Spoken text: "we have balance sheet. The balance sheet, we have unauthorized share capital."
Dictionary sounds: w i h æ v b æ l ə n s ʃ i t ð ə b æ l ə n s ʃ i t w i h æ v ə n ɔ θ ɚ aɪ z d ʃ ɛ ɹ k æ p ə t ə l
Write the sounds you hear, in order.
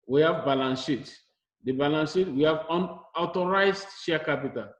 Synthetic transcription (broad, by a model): w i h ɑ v b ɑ l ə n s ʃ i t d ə b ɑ l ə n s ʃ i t w i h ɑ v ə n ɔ t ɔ aɪ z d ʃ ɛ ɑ k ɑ p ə t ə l